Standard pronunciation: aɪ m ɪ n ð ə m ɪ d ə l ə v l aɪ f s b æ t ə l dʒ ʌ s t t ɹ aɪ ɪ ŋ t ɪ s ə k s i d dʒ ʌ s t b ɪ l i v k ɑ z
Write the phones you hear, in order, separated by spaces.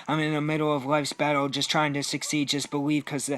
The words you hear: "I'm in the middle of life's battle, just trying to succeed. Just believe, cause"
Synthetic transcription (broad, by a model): aɪ m ɪ n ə m ɪ d l ə v l aɪ f s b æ t l dʒ ʌ s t t ɹ aɪ ɪ ŋ t ɪ s ə k s i d dʒ ʌ s b ɪ l i v k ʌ z